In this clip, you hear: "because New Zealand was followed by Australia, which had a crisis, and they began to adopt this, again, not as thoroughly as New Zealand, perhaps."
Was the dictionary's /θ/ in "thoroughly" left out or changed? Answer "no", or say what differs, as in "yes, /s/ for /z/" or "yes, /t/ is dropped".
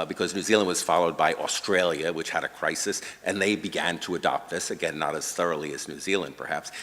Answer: no